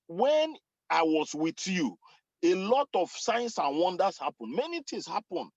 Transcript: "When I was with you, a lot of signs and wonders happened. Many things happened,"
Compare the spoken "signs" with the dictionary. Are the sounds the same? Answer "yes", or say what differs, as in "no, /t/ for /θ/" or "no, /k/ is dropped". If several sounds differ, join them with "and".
no, /s/ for /z/